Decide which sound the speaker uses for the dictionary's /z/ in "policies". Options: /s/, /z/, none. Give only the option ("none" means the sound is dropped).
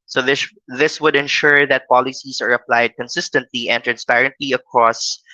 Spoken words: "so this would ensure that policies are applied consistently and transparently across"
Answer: /s/